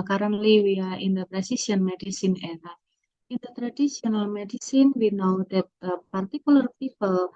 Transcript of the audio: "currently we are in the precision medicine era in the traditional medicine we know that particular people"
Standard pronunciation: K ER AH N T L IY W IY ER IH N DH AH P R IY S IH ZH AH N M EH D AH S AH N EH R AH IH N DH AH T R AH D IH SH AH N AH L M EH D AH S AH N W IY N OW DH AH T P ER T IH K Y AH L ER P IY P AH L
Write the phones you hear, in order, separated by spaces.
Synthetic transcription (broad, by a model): K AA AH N L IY W IY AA IH N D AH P R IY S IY S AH N M EH D AH S AH N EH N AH IH N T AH T R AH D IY S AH N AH L M EH D AH S AH N W IY N OW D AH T P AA T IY K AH L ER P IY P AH L